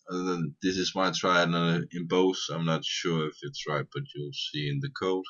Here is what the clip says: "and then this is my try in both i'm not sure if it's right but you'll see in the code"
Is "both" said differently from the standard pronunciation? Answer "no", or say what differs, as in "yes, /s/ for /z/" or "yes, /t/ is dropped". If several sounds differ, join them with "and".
yes, /s/ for /θ/